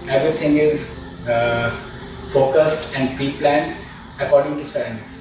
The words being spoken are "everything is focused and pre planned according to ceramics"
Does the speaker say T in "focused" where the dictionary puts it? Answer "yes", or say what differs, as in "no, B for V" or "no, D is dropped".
yes